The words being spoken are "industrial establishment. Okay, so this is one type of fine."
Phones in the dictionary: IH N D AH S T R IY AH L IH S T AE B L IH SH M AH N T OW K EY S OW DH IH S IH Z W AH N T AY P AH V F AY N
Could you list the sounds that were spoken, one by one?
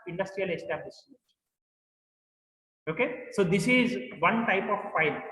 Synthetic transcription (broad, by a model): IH N D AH S T R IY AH L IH S T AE B L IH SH AH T OW K EY S OW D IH S IH Z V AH N T AY P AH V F AY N